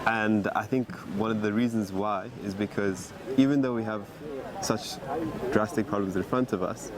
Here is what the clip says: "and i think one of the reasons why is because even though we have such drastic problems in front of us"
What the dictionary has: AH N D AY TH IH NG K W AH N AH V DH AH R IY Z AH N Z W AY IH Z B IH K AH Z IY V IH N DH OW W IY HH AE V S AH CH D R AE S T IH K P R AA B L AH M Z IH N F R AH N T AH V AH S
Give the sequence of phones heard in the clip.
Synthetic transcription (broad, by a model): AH N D AY TH IH NG K W AH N AH V DH AH R IY Z AH N Z W AY IH Z B IH K AH Z IY V IH N DH OW W IY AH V S AH CH D R AE S T IH K P R AA B L AH M Z IH N F R AH N T AH V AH S